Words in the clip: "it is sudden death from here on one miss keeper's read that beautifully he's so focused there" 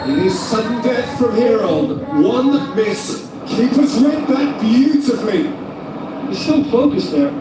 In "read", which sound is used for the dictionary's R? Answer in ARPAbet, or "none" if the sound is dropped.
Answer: W